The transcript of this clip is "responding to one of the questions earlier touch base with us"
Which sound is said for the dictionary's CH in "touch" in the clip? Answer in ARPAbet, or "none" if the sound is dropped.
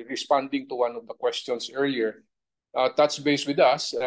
S